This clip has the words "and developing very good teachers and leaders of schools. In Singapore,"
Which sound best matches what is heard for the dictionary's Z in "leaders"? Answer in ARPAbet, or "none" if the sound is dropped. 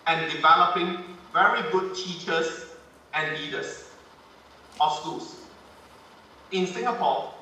S